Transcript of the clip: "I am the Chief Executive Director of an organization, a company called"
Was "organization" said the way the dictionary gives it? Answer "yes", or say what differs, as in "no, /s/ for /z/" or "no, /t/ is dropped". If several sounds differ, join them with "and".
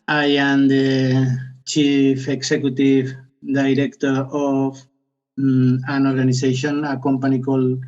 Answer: no, /s/ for /z/